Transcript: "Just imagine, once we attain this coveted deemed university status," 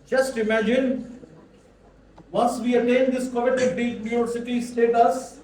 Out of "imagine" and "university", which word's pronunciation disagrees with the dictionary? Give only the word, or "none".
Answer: university